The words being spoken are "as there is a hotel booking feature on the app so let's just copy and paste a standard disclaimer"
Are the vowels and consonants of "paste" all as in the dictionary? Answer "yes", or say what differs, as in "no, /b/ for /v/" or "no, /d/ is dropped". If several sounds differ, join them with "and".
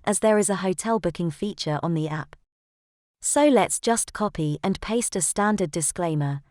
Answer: yes